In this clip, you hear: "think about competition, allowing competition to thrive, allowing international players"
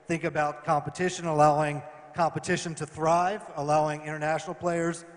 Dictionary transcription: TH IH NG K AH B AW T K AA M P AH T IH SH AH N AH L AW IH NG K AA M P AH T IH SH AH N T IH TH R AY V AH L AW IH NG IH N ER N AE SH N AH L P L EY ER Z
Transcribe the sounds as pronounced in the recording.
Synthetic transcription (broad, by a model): TH IH NG K AH B AW T K AA M P AH T IH SH AH N AH L AW IH NG K AA M P AH T IH SH AH N T IH TH R AY V AH L AW IH NG IH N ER N AE SH N L P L EY ER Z